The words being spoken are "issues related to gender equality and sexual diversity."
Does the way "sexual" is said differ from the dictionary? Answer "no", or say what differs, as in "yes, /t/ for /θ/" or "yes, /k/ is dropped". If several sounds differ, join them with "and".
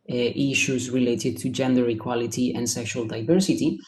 no